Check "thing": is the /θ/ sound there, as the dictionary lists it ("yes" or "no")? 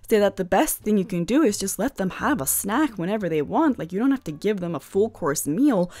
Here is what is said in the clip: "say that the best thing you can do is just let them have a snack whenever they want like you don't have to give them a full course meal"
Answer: yes